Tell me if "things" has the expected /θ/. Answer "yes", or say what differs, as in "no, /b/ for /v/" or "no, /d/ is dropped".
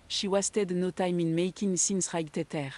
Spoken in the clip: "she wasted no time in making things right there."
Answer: no, /s/ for /θ/